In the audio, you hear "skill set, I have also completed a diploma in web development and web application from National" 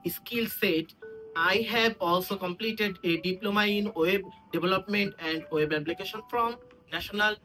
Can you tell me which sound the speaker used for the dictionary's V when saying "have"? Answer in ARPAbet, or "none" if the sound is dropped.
B